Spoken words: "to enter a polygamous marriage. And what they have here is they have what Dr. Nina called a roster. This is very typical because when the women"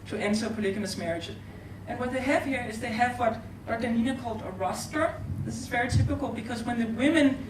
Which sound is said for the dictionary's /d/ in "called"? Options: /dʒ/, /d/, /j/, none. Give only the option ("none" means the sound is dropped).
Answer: /d/